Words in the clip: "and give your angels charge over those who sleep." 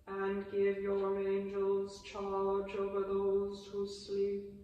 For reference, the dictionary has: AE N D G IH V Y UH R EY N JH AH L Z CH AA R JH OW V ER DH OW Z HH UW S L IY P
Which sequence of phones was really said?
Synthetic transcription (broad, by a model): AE N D G IH V Y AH R EY N JH AH L Z CH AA L JH OW V ER DH OW Z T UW S L IY P